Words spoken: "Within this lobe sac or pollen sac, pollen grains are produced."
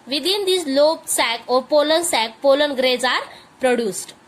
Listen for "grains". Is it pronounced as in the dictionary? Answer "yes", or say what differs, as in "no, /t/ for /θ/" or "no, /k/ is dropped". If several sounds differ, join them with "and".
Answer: no, /n/ is dropped